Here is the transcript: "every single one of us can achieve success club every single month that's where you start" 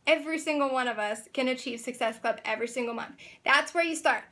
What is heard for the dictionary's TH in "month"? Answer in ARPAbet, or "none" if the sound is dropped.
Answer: TH